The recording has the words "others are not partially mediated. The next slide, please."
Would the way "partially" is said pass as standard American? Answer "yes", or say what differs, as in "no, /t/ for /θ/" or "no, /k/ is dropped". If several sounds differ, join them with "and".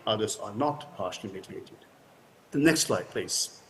no, /n/ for /l/